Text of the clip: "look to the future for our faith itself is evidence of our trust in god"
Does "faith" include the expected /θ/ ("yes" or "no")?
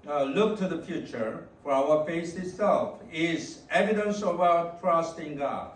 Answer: no